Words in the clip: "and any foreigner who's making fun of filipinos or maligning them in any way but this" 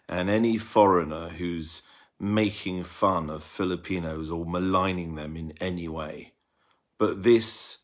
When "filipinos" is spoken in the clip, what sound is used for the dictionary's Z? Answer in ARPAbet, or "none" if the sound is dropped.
Z